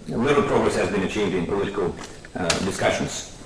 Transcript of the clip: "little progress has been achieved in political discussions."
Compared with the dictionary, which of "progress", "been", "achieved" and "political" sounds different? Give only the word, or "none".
none